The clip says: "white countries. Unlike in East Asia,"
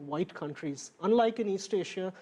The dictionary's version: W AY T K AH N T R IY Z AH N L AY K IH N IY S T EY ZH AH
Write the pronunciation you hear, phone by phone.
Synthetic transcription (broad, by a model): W AY T K AH N T R IY Z AH N L AY K IH N IY S T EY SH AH